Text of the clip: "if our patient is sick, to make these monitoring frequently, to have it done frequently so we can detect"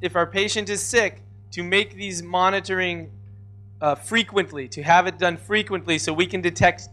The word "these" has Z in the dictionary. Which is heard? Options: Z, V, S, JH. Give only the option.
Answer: Z